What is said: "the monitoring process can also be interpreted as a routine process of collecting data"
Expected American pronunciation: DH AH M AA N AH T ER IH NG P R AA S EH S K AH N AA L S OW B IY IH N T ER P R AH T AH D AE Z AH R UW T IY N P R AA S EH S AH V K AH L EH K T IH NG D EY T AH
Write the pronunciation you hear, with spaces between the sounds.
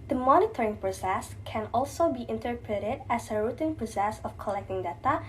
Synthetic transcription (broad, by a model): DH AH M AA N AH T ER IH NG P R AA S EH S K AH N AA L S OW B IY IH N T ER P R AH T AH D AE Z AH R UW T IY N P R AA S EH S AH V K AH L EH K T IH NG D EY T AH